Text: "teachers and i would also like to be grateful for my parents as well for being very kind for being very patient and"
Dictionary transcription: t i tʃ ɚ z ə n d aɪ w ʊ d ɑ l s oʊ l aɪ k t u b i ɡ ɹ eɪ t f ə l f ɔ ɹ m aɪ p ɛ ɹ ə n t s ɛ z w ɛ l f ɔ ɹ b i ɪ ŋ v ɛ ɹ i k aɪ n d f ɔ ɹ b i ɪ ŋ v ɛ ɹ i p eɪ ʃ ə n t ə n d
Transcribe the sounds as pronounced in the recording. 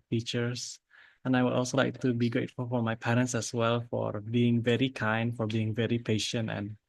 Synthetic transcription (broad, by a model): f i tʃ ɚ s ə n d aɪ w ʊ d ɑ l s oʊ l aɪ k t u b i ɡ eɪ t f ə f ɔ ɹ m aɪ p ɛ ɹ ə n t s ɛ s w ɛ l f ɔ ɹ b i ɪ ŋ v ɛ ɹ i k aɪ n d f ɔ ɹ b i ɪ ŋ v ɛ ɹ i p eɪ ʃ ə n t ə n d